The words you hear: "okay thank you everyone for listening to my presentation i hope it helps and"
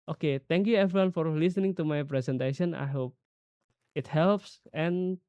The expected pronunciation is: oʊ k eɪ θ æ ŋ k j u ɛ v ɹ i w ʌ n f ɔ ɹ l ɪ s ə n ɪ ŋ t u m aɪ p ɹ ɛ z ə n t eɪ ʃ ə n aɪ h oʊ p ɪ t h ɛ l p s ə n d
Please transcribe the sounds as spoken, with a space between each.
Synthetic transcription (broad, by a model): oʊ k eɪ t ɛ ŋ k j u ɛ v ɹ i w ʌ n f ɔ ɹ l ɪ s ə n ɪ ŋ t u m aɪ p ɹ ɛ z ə n t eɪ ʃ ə n aɪ h oʊ p ɪ t h ɛ l p s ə n